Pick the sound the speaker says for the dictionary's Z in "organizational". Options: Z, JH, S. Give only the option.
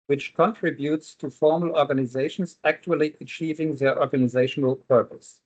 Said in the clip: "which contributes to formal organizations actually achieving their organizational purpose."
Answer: Z